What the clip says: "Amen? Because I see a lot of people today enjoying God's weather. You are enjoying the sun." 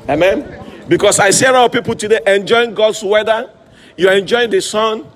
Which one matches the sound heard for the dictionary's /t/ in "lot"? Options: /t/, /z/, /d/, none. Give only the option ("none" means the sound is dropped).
none